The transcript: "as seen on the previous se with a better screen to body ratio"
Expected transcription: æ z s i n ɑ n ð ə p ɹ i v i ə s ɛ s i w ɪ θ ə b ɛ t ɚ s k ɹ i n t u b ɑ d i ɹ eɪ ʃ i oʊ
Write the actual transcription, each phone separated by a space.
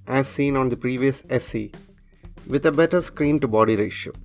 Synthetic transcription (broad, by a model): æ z s i n ɑ n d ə p ɹ i v i ə s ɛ s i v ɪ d ə b ɛ t ɚ s k ɹ i n t u b ɑ d i ɹ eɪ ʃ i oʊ